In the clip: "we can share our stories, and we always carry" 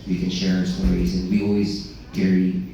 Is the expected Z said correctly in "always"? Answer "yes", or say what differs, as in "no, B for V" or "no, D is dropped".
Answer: yes